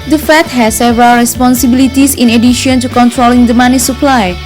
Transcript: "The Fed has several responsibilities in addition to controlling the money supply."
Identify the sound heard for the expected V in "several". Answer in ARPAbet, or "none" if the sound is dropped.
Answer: V